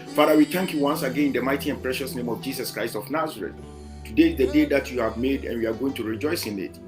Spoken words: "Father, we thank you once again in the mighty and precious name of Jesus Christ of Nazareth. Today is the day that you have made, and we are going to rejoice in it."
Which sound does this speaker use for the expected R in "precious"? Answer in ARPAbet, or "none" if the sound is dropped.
R